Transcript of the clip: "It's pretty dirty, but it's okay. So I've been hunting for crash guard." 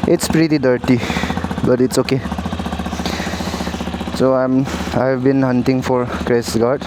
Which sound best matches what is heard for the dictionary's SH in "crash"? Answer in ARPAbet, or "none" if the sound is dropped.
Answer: S